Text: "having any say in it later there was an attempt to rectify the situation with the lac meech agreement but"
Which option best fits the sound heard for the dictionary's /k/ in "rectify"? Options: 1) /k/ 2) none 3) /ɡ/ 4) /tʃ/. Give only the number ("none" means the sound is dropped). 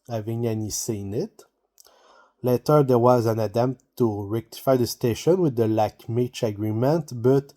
1